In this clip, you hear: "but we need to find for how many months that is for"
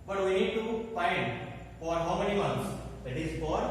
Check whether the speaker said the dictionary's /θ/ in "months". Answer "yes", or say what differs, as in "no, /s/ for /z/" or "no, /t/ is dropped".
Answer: no, /t/ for /θ/